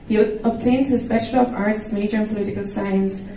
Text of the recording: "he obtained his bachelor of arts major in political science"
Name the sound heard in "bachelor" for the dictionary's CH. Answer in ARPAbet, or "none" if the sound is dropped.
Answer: SH